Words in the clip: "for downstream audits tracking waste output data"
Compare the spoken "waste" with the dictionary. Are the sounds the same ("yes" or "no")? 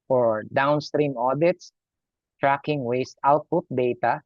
yes